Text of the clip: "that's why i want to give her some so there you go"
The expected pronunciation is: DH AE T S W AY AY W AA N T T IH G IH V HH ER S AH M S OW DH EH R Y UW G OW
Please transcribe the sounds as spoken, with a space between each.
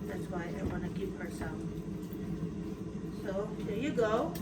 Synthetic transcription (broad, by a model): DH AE T S W AY AY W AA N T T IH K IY P HH ER S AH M S OW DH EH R Y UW G OW